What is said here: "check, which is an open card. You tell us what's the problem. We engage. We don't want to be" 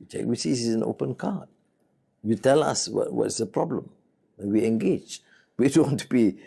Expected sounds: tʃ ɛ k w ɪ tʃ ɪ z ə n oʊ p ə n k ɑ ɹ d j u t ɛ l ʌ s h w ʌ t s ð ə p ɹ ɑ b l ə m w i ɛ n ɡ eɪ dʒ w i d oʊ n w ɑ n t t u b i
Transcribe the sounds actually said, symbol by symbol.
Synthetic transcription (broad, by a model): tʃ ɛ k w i s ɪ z ə n oʊ p ə n k ɑ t j u t ɛ l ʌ s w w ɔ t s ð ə p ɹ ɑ b l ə m w i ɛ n ɡ eɪ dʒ w i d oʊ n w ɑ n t t u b i